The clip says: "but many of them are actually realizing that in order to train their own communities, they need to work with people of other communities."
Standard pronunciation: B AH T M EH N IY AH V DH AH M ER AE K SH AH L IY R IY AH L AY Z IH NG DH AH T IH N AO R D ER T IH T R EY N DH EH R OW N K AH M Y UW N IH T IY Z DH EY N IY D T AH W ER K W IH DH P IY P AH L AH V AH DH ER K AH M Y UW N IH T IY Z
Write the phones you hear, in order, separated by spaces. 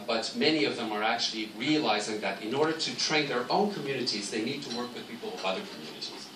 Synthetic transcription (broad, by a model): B AH T M EH N IY AH V DH AH M ER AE K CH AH L IY R IY AH L AY Z IH NG DH AH T IH N AO R D ER T IH T R EY N DH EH R OW N K AH M Y UW N IH T IY Z DH EY N IY D T AH W ER K W IH DH P IY P L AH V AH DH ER K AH M Y UW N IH T IY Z